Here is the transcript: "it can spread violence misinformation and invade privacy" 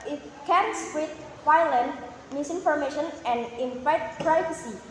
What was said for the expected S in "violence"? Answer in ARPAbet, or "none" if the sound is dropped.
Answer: none